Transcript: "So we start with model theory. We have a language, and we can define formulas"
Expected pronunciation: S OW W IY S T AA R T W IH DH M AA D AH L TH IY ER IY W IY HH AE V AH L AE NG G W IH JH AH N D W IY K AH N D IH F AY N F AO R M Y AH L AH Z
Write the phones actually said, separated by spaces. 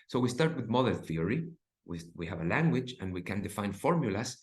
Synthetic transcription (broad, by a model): S OW W IY S T AA R T W IH DH M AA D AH N TH IY ER IY W IY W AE V AH L AE NG G W IH JH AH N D W IY K AH N D IH F AY N F AO R M Y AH L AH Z